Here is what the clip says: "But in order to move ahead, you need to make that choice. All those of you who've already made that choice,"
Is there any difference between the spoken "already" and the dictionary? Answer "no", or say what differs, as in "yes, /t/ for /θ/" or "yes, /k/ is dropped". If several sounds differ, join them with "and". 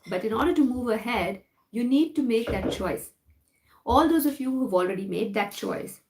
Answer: no